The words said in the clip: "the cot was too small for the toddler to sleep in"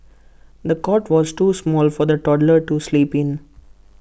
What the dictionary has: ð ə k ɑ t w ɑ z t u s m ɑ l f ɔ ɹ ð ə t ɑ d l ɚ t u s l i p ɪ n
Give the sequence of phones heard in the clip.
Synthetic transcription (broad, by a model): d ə k ɑ t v ɑ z t u s m ɑ l f ɔ ɹ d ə t ɑ d l ɚ t u s l i p ɪ n